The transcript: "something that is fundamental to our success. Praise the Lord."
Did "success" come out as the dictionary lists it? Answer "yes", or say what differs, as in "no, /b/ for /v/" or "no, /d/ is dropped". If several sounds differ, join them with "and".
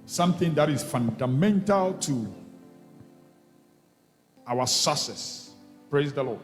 no, /k/ is dropped